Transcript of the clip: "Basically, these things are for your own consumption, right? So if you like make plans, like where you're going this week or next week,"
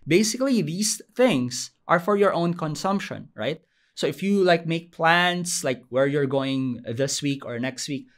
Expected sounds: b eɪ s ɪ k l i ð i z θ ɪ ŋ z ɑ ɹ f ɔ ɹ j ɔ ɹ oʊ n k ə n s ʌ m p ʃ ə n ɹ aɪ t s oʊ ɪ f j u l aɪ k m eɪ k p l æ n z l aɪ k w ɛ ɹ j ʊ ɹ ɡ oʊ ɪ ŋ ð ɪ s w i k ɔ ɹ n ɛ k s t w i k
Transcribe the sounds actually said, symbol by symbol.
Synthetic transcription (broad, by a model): b eɪ s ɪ k l i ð i s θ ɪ ŋ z ɑ ɹ f ɔ ɹ j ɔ ɹ oʊ n k ə n s ʌ m p ʃ ə n ɹ aɪ t s oʊ ɪ f j u l aɪ k m eɪ k p l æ n s l aɪ k w ɛ ɹ j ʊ ɹ ɡ oʊ ɪ ŋ ð ɪ s w i k ɔ ɹ n ɛ k s t w i k